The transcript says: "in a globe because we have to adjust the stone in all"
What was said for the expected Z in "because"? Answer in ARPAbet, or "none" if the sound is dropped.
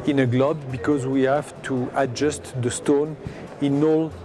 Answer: Z